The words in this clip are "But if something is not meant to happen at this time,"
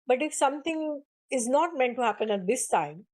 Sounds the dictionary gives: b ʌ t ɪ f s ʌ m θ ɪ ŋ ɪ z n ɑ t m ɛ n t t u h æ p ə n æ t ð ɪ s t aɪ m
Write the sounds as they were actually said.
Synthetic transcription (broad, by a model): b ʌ t ɪ f s ʌ m t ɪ ŋ ɪ z n ɑ t m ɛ n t t u h æ p ə n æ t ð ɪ s t aɪ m